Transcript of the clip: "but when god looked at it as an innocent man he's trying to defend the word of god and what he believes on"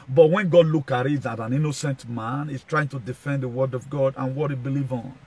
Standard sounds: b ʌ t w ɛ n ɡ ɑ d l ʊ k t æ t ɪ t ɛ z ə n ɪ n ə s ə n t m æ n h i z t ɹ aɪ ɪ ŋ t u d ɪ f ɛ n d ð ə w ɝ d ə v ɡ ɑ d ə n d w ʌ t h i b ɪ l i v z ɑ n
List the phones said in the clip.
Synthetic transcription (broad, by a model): b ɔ t w ɛ n ɡ ɑ d l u k ɑ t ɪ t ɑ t ə n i n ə s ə n t m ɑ n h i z t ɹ aɪ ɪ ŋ t u d ɪ f ɛ n d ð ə w ɝ d ə v ɡ ɑ d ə n w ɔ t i b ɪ l i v ɑ n